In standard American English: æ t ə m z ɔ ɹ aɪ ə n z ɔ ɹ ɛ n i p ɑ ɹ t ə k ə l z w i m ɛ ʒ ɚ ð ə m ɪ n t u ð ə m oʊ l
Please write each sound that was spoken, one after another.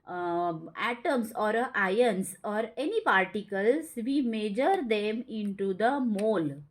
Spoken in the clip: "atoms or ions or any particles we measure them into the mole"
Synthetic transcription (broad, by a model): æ t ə m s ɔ ɹ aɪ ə n s ɔ ɹ ɛ n i p ɑ ɹ t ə k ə l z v i m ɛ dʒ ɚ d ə m ɪ n t u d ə m oʊ l